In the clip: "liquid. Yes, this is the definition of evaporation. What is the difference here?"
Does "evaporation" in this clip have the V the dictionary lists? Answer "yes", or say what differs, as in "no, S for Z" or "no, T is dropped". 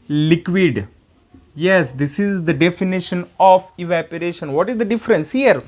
yes